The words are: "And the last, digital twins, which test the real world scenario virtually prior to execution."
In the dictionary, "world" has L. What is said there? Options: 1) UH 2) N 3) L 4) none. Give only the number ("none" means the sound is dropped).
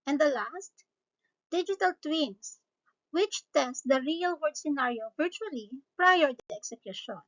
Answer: 4